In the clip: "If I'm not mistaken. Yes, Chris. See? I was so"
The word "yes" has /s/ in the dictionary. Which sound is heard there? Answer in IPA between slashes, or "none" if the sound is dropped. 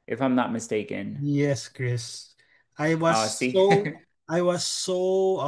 /s/